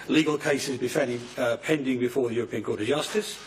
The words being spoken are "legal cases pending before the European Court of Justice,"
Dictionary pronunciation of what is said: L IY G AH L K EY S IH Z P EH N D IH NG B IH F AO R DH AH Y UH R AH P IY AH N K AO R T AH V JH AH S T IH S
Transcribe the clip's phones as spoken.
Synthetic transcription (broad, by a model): L IY G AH L K EY S IH Z P EH N D IH NG B IH F AO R DH AH Y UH R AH P IY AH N K AO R T AH V JH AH S T IH S